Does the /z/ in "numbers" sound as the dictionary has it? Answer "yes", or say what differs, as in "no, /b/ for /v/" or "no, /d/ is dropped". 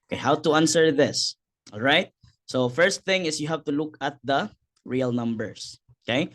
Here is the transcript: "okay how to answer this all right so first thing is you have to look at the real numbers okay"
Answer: no, /s/ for /z/